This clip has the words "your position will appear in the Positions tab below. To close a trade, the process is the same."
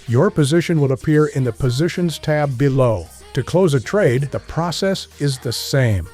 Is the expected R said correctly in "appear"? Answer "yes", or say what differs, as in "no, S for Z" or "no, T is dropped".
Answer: yes